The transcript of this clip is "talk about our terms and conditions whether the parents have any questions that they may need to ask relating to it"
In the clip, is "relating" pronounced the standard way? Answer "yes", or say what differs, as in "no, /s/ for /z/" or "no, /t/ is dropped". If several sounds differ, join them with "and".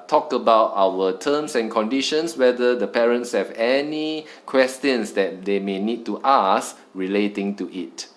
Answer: yes